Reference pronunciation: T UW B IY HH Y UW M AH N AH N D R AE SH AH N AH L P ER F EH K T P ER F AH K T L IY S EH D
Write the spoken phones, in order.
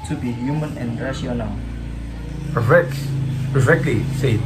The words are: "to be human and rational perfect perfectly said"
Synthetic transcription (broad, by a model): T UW B IY HH Y UW M AH N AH N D R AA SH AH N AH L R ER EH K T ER AH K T L IY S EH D